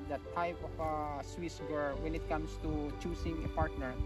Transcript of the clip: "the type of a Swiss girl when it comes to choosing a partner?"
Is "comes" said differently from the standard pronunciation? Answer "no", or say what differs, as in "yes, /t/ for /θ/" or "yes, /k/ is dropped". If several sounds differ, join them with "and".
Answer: yes, /s/ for /z/